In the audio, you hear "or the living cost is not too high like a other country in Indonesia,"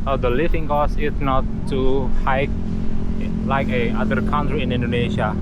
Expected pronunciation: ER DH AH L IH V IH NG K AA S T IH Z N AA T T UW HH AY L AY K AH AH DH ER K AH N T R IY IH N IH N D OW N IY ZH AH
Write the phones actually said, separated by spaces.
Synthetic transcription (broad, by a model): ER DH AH L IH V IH NG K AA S IH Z N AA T T UW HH AY L AY K AH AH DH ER K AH N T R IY IH N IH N D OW N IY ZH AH